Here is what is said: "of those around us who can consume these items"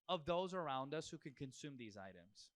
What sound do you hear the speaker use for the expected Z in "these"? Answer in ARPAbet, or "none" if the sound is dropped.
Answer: Z